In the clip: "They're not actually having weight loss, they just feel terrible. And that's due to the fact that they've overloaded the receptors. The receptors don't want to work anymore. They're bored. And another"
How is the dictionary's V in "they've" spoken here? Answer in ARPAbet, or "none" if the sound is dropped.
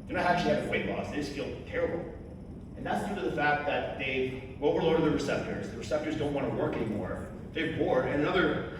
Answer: W